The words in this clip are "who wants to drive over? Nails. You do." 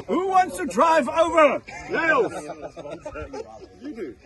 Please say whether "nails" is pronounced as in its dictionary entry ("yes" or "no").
no